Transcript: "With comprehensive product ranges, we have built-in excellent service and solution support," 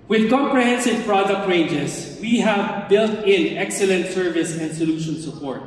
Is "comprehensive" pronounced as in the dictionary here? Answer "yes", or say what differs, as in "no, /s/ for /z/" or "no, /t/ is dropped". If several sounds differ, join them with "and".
yes